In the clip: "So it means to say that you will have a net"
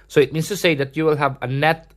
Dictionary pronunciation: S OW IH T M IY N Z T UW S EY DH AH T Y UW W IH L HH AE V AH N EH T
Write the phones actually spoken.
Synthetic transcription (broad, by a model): S OW IH T M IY N S T UW S EY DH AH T Y UW W IH L HH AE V AH N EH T